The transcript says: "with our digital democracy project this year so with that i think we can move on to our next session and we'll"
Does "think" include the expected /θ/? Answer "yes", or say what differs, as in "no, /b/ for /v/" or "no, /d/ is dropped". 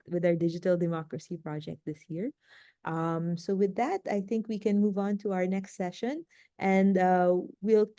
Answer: yes